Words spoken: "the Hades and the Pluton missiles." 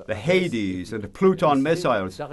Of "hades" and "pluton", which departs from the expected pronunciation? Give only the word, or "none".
none